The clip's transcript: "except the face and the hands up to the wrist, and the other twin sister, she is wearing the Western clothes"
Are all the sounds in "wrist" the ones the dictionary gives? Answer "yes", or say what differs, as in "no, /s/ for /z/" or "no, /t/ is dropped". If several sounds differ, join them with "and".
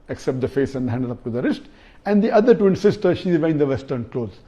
yes